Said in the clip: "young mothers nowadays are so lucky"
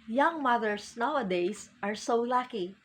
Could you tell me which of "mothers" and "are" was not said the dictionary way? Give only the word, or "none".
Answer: mothers